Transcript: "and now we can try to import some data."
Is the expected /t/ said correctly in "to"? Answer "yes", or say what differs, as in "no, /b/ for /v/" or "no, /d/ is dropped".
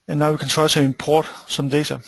no, /s/ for /t/